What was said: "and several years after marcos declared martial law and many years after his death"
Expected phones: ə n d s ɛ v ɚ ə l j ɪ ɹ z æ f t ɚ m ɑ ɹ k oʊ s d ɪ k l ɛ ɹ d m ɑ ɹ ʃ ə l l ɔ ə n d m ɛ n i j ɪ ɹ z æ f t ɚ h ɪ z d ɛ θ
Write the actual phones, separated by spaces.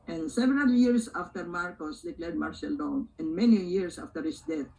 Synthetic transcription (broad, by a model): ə n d s ɛ v ɚ ə l j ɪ ɹ s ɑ f t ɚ m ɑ ɹ k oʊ s d ɪ k l ɛ ɹ d m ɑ ɹ s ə l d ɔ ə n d m ɛ n i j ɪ ɹ s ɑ f t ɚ h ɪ s d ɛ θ